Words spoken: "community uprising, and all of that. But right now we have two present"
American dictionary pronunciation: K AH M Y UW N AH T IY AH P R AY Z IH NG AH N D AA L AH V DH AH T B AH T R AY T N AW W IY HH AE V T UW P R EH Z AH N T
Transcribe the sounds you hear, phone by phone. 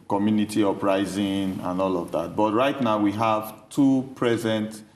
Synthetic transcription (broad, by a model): K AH M Y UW N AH T IY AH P R AY Z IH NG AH N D AA L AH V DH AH T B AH T R AY T N AW W IY HH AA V T UW P R EH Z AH N T